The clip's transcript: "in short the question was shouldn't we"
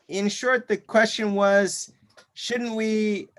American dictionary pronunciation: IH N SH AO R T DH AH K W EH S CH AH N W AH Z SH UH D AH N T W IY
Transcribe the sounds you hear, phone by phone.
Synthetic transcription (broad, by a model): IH N SH AO R T DH AH K W EH S CH AH N W AH Z SH UH D N T W IY